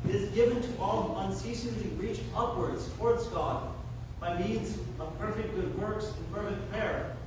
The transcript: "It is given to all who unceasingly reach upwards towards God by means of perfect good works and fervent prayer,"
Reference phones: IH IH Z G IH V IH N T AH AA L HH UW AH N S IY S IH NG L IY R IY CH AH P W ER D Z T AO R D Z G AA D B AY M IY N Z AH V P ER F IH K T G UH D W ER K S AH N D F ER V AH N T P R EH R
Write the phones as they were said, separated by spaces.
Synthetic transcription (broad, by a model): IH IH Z G IH V IH N T AH AA L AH N S IY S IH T L IY R IY CH AH P W ER D Z T AO R D Z G AA D B AY M IY N Z AH V P ER F IH K T G UH D W ER K S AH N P ER F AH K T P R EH R